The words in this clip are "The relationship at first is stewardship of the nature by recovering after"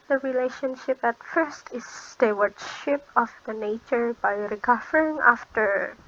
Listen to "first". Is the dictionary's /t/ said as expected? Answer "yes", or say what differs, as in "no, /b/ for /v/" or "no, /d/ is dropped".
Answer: yes